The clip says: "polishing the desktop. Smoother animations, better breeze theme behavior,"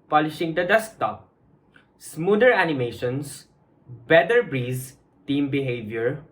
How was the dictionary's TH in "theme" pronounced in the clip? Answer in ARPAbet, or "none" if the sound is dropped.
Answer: T